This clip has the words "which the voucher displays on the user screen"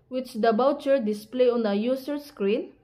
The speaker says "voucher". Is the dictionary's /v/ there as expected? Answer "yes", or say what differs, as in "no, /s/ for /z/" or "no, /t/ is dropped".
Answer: no, /b/ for /v/